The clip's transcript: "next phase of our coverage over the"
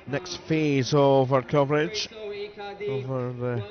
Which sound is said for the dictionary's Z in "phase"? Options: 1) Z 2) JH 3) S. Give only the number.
1